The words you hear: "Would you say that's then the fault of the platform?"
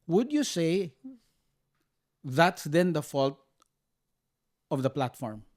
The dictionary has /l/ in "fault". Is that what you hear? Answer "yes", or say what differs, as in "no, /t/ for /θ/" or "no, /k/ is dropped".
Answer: yes